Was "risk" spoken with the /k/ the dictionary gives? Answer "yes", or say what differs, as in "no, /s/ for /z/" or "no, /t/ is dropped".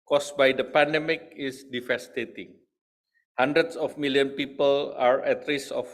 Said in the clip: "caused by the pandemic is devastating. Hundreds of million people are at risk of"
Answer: no, /k/ is dropped